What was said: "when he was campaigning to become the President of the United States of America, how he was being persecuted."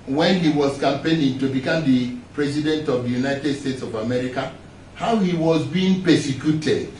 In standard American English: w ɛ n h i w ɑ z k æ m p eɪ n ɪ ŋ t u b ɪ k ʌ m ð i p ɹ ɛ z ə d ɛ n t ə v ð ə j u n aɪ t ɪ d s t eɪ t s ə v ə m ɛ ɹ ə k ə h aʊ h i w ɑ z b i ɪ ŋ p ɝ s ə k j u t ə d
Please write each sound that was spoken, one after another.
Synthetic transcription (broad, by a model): w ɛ n h i w ɑ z k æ m p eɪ l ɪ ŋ t u b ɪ k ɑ m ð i p ɹ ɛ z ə d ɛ n t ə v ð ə j u n aɪ t ɪ d s t eɪ t s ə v ə m ɛ ɹ ə k ə h aʊ h i w ɑ z b i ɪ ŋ p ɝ s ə k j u t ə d